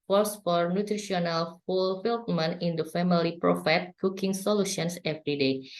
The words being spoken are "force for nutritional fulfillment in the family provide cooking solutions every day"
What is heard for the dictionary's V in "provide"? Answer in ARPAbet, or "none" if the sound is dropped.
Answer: F